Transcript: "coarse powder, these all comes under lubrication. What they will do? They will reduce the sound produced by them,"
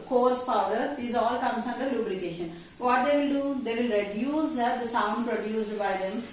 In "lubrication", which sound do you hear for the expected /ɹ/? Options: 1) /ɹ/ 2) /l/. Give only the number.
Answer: 2